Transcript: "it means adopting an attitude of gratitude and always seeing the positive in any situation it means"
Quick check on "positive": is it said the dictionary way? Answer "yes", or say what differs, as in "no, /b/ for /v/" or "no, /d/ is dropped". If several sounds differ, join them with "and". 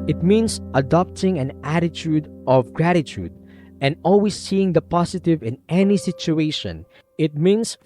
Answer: no, /s/ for /z/